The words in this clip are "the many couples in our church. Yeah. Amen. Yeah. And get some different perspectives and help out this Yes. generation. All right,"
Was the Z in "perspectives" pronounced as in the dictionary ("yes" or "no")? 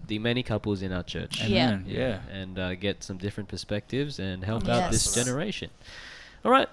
yes